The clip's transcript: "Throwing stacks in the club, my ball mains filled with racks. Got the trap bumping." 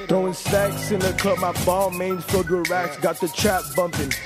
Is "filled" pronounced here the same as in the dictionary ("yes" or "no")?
no